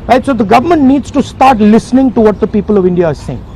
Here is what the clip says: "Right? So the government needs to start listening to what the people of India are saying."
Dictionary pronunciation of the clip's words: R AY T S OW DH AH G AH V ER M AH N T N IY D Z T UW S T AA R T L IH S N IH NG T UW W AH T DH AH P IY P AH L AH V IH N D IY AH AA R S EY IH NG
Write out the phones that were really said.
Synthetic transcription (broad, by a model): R AY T S OW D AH G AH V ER M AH N T N IY D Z T UW S T AA R T L IH S N IH NG T UW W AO T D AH P IY P AH L AH V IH N D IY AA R S EY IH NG